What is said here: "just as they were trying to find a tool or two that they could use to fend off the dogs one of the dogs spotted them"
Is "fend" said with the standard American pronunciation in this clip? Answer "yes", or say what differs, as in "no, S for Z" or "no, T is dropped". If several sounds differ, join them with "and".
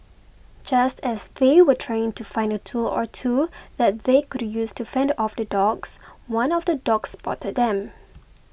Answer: yes